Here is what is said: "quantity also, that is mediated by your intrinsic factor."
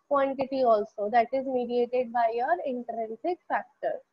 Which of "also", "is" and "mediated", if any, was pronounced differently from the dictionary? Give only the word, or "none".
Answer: none